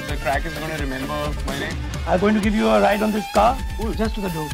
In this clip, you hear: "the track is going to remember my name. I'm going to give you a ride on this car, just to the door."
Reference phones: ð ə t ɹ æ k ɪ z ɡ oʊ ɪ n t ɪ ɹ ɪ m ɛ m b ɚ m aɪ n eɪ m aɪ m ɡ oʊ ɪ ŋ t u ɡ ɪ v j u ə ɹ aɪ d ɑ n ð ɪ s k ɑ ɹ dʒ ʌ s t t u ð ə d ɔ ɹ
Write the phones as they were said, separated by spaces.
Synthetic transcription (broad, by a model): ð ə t ɹ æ k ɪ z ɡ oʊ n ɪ ɹ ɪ m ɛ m b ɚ m aɪ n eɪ aɪ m ɡ oʊ ɪ ŋ t u ɡ ɪ v j u ə ɹ aɪ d ɑ n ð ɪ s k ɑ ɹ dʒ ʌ s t t u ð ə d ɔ